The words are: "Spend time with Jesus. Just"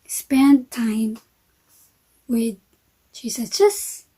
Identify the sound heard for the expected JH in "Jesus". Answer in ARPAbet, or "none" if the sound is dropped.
CH